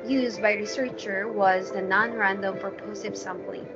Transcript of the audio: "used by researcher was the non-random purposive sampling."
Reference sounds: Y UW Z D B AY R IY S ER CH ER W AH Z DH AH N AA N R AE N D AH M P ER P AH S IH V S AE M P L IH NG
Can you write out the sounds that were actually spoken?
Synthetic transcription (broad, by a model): Y UW Z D B AY R IY S ER CH ER W AH Z DH AH N AA N R AE N D AH M F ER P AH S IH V S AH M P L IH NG